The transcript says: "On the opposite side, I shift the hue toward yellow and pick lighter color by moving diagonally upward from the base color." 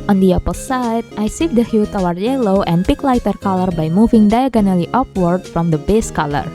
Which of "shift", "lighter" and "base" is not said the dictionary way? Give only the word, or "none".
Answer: shift